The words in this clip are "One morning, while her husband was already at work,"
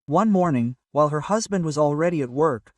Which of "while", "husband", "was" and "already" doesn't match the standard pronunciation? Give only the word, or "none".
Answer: none